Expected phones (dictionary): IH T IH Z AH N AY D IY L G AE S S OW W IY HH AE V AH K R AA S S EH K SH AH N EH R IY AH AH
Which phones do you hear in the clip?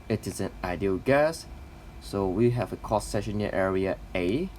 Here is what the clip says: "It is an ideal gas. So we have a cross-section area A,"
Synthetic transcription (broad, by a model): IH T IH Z AH N AY D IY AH G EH S S OW W IY HH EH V AH K AA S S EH SH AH N EH R IY AH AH